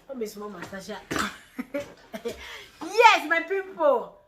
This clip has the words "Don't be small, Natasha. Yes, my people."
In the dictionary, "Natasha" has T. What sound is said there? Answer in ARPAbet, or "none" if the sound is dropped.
S